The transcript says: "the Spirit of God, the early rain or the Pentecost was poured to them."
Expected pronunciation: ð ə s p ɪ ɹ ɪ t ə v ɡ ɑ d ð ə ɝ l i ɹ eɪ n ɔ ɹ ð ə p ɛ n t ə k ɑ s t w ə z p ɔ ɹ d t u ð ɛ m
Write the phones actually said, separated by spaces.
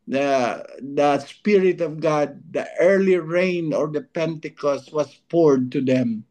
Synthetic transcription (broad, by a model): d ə s p ɪ ɹ ɪ t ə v ɡ ɑ d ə ɝ l i ɹ eɪ n ɔ ɹ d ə p ɛ n t ə k ɑ s t w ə s p ɔ ɹ d t u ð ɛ m